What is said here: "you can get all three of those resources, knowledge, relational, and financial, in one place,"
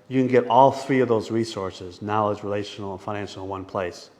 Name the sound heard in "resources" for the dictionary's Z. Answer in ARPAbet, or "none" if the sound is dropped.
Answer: Z